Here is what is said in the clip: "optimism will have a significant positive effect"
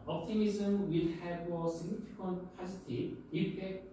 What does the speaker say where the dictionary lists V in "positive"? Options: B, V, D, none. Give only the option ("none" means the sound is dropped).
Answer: none